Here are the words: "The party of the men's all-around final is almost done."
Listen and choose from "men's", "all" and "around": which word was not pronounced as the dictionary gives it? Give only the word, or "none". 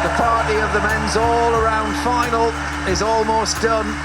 none